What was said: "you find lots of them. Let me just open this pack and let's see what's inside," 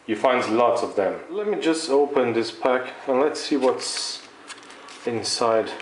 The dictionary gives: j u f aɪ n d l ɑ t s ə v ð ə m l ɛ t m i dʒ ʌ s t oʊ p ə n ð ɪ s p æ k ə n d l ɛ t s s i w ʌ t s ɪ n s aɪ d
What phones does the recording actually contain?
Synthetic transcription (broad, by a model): j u f aɪ n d l ɑ t s ə v ð ə m l ɛ t m i dʒ ʌ s t oʊ p ə n ð ɪ s p æ k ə n l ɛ t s s i w ʌ t s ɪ n s aɪ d